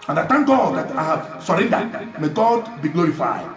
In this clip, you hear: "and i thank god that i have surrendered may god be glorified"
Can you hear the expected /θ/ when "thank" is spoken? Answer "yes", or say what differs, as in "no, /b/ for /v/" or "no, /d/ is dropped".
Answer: no, /t/ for /θ/